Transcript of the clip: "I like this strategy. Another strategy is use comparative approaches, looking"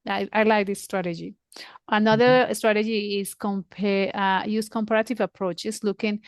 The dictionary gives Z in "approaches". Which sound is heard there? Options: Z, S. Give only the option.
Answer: S